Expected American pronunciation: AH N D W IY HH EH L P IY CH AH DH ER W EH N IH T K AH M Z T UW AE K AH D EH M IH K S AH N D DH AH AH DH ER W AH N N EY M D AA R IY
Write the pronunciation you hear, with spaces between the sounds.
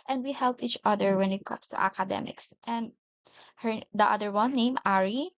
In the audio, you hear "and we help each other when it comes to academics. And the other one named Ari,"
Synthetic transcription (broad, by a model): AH N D W IY HH EH L P IY CH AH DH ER W EH N IH T K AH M S T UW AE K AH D EH M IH K S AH N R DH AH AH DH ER W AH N N EY M AA R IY